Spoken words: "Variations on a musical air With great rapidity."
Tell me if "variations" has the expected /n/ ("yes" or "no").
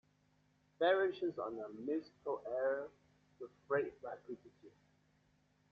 no